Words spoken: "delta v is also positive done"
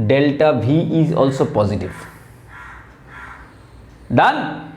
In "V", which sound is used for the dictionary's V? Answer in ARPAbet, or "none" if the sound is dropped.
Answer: B